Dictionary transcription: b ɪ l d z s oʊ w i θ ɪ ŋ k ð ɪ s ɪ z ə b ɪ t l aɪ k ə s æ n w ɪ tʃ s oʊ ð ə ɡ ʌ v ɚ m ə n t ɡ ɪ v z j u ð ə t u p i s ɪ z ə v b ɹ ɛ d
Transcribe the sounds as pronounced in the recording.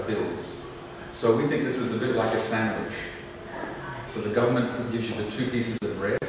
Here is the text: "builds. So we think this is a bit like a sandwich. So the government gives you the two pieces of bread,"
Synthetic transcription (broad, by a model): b ɪ l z s oʊ w i θ ɪ ŋ k ð ɪ s ɪ z ə b ɪ t l aɪ k ə s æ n w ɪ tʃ s oʊ ð ə ɡ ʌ v ɚ m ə n ɡ ɪ v z j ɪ ð ə t u p i s ɪ z ə v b ɹ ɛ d